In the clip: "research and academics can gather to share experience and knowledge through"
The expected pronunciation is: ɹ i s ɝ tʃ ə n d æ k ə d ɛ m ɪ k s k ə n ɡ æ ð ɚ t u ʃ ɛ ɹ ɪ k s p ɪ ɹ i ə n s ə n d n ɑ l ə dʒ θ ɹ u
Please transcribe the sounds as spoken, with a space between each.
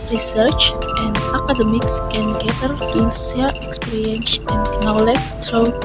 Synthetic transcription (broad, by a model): ɹ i s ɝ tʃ ə n d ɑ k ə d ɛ m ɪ k s k ə n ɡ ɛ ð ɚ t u s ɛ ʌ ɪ k s p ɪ ɹ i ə n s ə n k n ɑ l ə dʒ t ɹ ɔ